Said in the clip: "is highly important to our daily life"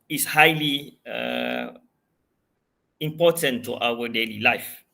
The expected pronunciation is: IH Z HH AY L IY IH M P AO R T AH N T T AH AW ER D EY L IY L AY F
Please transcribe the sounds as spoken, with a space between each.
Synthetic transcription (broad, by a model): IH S HH AY L IY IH M P AO T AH N T T AW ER D EY L IY L AY F